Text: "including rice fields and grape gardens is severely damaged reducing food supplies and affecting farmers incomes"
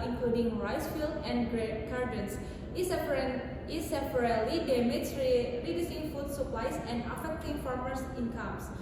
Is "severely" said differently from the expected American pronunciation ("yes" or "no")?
yes